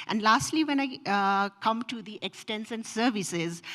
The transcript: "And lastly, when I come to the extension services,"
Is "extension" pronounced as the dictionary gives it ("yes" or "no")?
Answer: no